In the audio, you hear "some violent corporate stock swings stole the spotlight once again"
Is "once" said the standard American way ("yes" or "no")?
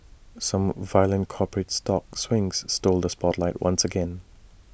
yes